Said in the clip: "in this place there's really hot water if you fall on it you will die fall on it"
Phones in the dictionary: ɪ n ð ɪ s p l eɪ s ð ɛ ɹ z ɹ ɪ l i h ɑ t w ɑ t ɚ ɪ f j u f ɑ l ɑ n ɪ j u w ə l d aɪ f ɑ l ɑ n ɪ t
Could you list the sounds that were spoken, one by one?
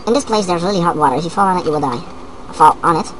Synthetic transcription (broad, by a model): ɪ n ð ɪ s p l eɪ s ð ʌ ɹ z l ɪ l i h ɑ t w ɑ t ɚ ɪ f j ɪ f ɑ l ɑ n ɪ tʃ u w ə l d aɪ f ɑ l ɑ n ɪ t